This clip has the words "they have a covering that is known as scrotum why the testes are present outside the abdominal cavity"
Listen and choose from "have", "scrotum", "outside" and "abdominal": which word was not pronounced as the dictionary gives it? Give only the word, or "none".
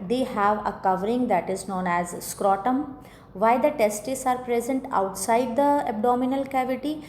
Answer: none